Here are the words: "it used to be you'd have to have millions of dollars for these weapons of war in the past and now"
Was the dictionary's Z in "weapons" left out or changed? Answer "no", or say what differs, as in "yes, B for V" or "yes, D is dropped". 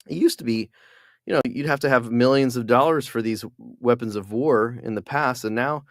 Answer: no